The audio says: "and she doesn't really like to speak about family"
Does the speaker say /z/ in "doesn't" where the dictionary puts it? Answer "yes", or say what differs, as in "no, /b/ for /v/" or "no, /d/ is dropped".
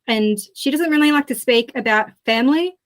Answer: yes